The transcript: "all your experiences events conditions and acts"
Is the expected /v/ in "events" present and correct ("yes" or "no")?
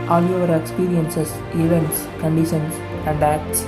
yes